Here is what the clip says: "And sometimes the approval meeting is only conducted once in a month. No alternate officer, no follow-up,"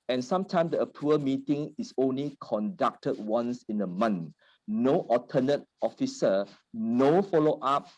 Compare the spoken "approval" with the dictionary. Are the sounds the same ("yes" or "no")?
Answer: no